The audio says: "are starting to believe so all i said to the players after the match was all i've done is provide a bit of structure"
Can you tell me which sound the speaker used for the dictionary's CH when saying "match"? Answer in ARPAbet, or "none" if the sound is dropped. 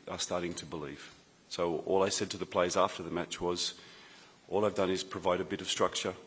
CH